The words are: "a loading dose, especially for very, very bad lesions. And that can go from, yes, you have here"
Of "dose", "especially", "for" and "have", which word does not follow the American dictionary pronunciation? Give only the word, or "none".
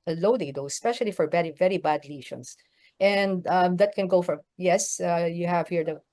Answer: dose